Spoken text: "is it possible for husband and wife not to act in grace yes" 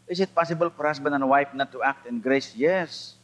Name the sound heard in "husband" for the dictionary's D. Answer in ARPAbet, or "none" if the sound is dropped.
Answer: none